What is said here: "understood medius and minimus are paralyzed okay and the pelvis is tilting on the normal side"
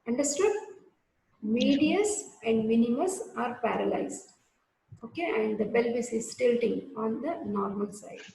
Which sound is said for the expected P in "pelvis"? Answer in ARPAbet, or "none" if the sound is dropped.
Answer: B